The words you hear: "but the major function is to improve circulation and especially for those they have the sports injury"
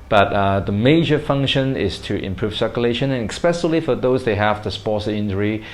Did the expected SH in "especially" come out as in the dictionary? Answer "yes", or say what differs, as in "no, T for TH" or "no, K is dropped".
no, S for SH